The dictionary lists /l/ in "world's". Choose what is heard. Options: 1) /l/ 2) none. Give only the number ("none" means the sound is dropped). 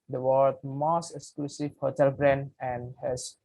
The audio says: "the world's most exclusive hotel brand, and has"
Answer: 2